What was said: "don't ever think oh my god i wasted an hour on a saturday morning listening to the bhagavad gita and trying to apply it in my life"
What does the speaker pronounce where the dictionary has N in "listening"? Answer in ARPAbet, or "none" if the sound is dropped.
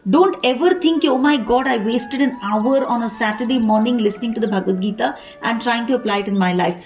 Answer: N